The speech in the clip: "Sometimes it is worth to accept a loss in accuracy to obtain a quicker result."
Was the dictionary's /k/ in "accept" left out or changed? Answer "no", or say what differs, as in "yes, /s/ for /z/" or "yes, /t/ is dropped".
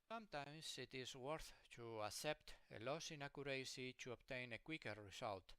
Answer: yes, /k/ is dropped